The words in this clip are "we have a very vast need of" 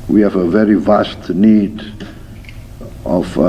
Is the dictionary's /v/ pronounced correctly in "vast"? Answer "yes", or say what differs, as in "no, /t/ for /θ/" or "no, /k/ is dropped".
yes